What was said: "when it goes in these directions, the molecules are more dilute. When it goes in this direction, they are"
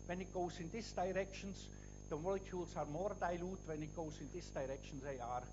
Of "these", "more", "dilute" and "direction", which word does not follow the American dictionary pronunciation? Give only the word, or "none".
these